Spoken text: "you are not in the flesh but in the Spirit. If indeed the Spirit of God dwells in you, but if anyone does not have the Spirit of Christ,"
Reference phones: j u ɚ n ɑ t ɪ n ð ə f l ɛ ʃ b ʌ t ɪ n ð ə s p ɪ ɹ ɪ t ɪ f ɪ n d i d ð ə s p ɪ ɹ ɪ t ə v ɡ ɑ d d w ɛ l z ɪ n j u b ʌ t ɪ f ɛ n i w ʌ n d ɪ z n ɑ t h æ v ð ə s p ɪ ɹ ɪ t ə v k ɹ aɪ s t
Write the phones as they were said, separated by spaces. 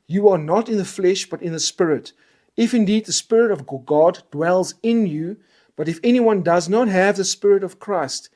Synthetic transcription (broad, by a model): j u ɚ n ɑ t ɪ n ð ə f l ɛ ʃ b ʌ t ɪ n ð ə s p ɪ ɹ ɪ t ɪ f ɪ n d i d ð ə s p ɪ ɹ ɪ t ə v ɡ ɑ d d w ɛ l z ɪ n j u b ʌ t ɪ f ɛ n i w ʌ n d ɪ z n ɑ t h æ v ð ə s p ɪ ɹ ɪ t ə v k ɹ aɪ s t